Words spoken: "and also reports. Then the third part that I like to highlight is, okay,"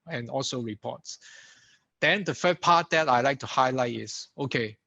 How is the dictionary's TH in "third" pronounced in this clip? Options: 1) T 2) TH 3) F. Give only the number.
3